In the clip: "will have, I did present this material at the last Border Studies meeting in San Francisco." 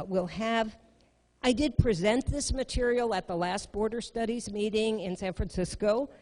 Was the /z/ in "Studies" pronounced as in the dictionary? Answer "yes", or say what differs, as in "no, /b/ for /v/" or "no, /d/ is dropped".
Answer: yes